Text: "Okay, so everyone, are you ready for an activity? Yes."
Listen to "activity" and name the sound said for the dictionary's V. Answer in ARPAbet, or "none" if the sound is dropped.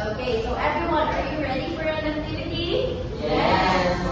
none